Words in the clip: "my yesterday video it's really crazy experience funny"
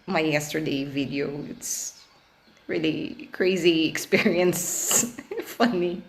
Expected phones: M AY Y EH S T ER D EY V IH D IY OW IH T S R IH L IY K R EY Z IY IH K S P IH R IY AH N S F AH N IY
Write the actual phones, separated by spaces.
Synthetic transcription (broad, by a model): M AY Y EH S T ER D EY V IH D IY OW IH T S R IH L IY K R EY Z IY IH K S P IH R IY AH N S F AH N IY